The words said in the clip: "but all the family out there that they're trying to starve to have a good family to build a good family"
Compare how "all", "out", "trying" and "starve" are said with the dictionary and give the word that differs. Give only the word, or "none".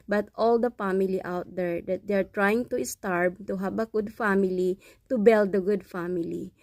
starve